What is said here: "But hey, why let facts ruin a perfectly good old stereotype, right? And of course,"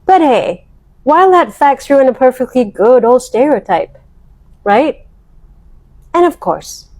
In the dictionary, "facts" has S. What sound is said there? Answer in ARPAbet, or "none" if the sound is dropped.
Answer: S